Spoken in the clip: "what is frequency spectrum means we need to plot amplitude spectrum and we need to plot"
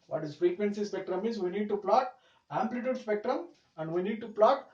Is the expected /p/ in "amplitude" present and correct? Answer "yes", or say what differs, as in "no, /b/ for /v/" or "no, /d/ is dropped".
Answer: yes